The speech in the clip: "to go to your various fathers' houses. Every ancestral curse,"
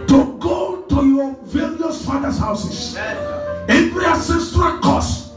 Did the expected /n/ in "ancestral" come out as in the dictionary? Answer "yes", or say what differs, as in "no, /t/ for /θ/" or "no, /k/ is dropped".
no, /n/ is dropped